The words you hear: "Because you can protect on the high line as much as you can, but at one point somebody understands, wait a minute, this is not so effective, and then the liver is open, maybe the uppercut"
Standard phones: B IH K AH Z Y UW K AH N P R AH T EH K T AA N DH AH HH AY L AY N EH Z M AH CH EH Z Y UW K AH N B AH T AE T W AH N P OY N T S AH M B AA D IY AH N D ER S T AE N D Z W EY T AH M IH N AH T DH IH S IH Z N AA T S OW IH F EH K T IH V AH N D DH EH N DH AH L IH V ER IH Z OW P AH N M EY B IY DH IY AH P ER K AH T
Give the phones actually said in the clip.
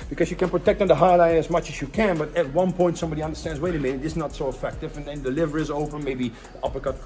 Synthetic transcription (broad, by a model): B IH K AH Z Y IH K AH N P R AH T EH K T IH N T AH HH AY L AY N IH Z M AH CH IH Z Y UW K AH N B AH T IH T W AH N P OY N T S AH M B AA D IY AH N D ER S T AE N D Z W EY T AH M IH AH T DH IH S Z N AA T S OW IH F EH K T IH V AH N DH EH N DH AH L IH V ER IH Z OW P AH N M EY IY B IY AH P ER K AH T